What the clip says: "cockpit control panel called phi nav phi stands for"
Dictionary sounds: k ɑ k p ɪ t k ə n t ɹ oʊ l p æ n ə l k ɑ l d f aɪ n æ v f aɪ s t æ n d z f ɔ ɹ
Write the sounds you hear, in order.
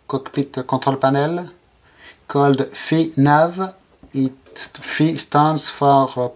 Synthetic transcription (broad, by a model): k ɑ k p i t k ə t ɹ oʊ l p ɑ n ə l k ɑ l d f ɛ n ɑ v f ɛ s t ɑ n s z f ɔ ɹ